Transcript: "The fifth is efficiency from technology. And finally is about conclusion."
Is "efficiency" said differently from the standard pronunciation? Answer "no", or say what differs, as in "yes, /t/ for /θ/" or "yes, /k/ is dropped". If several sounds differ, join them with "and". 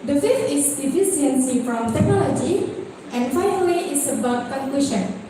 yes, /s/ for /ʃ/